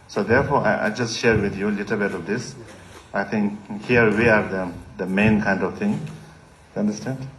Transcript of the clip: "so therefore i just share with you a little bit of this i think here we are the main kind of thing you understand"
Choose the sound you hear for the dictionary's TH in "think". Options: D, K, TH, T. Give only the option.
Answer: T